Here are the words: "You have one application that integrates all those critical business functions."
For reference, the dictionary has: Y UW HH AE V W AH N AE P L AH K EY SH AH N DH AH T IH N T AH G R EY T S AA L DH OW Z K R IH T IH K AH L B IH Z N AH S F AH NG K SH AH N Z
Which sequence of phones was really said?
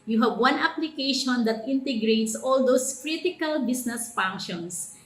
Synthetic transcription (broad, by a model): Y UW HH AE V W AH N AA P L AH K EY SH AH N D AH T IH N T AH G R EY T S AA L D OW S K R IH T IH K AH L B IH S N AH S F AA NG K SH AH N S